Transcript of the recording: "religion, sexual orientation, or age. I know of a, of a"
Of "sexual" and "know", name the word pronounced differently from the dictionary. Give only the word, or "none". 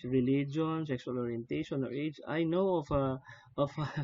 sexual